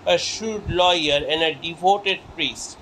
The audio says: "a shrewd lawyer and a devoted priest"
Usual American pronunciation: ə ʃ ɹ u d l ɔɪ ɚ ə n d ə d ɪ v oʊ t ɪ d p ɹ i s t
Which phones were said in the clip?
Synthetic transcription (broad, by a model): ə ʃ u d l ɔɪ ɚ ə n d ə d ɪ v oʊ t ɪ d p ɹ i s t